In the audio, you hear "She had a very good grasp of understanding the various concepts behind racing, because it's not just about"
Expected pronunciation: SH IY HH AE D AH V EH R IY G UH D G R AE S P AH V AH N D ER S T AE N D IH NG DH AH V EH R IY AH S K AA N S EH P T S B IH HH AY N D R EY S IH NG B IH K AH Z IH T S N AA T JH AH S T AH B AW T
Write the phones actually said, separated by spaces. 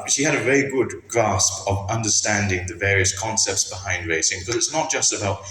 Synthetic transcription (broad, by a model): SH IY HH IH D AH V EH R IY G UH D G R AE S P AH V AH N D ER S T AE N D IH NG DH AH V EH R IY AH S K AA N S EH P T S B IH HH AY N D R EY S IH NG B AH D IH T S N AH T JH AH S T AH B AW T